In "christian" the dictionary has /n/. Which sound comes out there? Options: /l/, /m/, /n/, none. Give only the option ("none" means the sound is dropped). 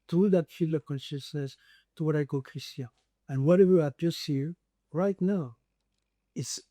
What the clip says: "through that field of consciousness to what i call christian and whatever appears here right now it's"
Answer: none